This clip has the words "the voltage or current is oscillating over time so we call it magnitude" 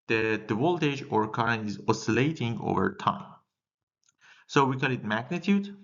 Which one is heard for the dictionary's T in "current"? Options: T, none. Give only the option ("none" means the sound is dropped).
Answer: none